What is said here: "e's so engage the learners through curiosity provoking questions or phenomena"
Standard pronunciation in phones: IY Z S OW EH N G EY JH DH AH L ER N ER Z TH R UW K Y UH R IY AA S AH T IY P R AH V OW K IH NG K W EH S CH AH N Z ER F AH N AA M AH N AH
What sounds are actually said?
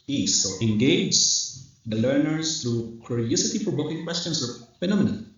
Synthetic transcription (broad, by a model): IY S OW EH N G EY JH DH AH L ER N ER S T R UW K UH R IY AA S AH T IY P AH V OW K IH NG K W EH S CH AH N S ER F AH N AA M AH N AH